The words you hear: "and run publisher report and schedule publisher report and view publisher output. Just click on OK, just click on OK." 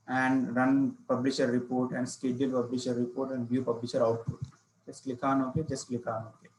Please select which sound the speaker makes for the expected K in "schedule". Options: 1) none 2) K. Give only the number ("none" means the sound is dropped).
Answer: 2